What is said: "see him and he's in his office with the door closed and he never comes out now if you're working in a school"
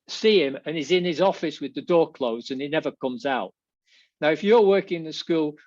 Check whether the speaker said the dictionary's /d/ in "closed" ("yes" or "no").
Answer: no